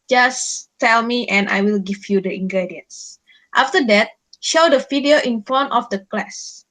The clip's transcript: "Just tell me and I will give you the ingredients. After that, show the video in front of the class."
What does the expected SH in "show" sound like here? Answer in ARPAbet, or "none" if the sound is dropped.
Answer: SH